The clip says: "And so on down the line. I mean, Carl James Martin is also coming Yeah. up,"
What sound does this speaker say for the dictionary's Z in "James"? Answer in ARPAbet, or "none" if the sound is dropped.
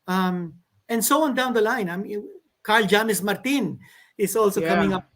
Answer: S